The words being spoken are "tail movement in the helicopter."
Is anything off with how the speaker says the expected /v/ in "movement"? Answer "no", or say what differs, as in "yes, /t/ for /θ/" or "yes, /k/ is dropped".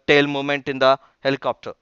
yes, /v/ is dropped